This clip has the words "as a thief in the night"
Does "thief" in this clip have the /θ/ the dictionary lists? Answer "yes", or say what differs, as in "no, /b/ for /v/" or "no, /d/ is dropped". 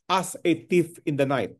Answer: no, /t/ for /θ/